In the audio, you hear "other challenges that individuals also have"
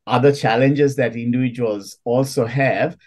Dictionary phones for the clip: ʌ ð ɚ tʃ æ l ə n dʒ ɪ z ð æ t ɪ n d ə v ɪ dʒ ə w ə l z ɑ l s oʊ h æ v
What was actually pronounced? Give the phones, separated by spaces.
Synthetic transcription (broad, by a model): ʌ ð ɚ tʃ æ l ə n dʒ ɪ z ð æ t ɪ n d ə ɪ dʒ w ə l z ɑ l s oʊ h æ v